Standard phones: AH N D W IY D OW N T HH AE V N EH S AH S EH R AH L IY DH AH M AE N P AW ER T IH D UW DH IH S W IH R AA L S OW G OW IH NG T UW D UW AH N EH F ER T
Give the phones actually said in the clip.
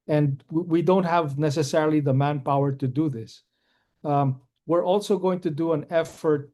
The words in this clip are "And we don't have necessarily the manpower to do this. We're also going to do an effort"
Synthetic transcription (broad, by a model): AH N D W IY D OW N T HH AE V N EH S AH S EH R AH L IY DH AH M AE N P AW ER T IH D UW DH IH S W IH R AA L S OW G OW IH NG T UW D UW AH N EH F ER T